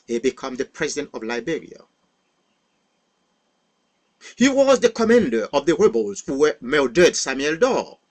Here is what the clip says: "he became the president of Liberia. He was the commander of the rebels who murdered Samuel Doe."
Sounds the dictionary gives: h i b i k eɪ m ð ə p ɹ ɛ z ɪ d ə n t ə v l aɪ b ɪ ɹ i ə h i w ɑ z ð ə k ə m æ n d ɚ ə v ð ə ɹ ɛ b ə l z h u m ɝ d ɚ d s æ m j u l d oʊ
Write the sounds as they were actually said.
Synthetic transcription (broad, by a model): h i b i k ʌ m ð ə p ɹ ɛ z ɪ d ə n t ə v l aɪ b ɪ ɹ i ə h i w ɑ z ð ə k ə m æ n d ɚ ə v ð ə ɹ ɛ b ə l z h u m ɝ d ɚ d s æ m j u l d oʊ